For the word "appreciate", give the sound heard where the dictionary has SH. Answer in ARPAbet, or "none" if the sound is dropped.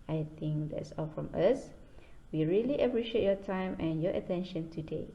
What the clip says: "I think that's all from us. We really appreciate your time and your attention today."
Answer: SH